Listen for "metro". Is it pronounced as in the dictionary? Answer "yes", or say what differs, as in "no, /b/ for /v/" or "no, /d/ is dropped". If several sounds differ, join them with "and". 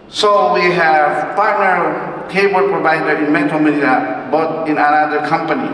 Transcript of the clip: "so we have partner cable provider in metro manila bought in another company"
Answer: no, /ɹ/ is dropped